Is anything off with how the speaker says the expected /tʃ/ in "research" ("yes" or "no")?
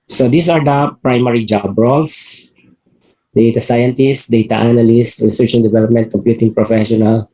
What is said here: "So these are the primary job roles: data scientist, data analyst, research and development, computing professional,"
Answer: yes